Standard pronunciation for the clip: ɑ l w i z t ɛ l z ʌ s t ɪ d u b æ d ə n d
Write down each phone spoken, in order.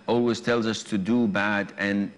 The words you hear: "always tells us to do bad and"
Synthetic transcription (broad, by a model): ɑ l w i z t ɛ l z ʌ s t ɪ d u b æ d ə n